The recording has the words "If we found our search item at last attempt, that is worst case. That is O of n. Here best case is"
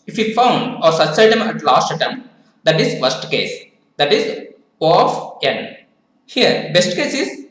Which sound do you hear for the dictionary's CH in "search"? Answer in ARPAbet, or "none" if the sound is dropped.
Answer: S